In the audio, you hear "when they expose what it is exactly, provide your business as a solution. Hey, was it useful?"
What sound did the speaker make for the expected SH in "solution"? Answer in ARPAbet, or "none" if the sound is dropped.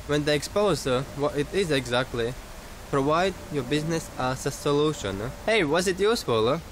SH